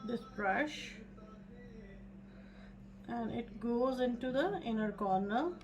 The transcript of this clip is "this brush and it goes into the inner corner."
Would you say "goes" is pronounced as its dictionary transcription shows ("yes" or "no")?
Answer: yes